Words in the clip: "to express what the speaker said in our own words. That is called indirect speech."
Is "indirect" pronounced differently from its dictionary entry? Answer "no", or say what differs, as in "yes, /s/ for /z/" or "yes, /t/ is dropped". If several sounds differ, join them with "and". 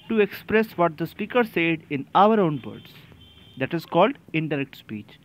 no